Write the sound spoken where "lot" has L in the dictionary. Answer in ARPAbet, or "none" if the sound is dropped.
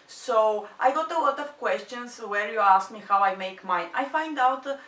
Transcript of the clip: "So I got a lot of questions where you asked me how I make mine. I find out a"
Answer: L